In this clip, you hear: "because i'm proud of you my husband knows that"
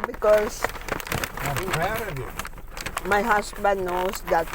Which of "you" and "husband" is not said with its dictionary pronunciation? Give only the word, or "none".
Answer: husband